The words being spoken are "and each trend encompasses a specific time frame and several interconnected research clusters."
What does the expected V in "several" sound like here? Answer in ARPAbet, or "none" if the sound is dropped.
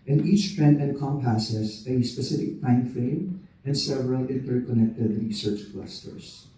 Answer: V